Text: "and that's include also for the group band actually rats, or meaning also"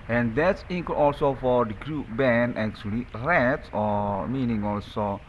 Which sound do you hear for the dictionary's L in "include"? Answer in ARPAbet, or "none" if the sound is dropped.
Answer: none